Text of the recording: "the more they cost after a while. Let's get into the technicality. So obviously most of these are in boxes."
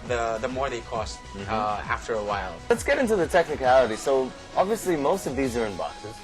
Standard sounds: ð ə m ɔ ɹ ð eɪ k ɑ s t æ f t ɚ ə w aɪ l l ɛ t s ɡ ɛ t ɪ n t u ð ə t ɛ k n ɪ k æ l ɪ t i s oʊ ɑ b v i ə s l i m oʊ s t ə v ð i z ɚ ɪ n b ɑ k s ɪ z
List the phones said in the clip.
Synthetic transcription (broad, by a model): ð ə m ɔ ɹ ð eɪ k ɑ s t æ f t ɚ ə w aɪ l l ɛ t s ɡ ɛ t ɪ n t u ð ə t ɛ k n ɪ k æ l ɪ t i s oʊ ɑ b v i ə s l i m oʊ s t ə v ð i z ɚ ɪ n b ɑ k s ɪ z